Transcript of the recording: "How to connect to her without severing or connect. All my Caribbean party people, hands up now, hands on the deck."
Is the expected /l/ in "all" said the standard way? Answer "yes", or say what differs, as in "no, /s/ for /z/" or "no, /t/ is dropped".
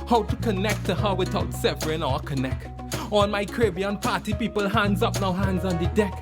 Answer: no, /n/ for /l/